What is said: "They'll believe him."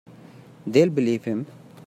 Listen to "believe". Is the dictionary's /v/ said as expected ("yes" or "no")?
no